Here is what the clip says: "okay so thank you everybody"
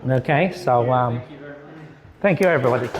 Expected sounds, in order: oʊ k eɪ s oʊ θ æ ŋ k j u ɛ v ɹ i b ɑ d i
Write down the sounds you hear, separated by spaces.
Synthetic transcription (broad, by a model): oʊ k eɪ s oʊ θ æ ŋ k j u ɛ v ɹ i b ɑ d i